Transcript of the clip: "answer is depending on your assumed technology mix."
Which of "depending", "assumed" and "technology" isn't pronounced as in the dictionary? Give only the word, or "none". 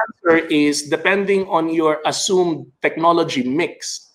none